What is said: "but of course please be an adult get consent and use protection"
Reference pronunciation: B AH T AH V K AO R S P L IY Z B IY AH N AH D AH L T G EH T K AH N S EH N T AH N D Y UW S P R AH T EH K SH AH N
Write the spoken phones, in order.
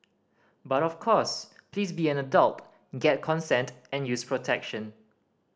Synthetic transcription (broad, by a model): B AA T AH F K AO S P L IY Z B IY AH N AH D AH L T G EH T K AH N S EH N T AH N Y UW S P R AH T EH K SH AH N